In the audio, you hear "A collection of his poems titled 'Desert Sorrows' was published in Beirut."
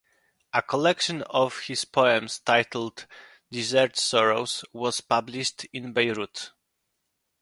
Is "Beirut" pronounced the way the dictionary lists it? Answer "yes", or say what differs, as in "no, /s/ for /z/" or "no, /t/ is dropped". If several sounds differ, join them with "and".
yes